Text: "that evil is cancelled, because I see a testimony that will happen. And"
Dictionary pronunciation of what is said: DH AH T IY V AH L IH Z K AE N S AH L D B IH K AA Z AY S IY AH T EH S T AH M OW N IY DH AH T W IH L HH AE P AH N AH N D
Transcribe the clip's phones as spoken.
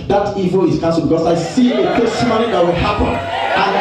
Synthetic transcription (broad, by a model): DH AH T IY V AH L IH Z K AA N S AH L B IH K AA S AY S IY AH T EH S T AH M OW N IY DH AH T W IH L HH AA P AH N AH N